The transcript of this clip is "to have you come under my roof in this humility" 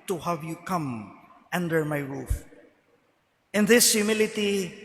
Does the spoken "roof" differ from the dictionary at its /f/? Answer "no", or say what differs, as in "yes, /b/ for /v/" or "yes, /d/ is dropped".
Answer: no